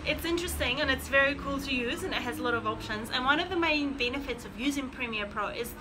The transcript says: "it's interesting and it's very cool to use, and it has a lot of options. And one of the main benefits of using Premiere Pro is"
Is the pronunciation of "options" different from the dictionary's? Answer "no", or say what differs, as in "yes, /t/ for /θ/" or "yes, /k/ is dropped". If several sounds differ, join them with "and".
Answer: no